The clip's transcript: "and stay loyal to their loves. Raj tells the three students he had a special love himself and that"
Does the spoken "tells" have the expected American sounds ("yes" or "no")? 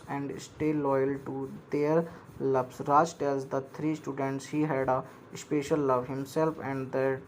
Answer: no